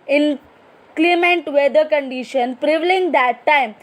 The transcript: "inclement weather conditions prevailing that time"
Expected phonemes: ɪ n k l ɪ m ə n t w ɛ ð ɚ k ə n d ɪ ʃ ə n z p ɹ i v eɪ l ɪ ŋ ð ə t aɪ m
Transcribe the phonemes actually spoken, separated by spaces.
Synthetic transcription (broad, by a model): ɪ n k l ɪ m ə n t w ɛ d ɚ k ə n d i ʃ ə n p ɹ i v l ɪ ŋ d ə t aɪ m